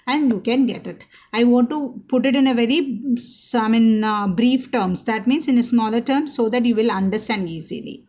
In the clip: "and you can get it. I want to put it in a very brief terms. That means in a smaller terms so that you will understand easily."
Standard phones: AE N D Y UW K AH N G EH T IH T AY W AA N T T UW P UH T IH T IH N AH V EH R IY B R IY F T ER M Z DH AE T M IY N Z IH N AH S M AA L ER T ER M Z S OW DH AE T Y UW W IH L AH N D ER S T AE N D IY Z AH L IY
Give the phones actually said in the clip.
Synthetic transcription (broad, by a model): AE N D Y UW K AH N G EH T IH T AY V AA N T T UW P UH T IH T IH N AH V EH R IY B R IY F T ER M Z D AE T M IY N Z IH N AH S M AA L ER T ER M S OW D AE T Y UW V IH L AH N D ER S T AE N D IY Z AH L IY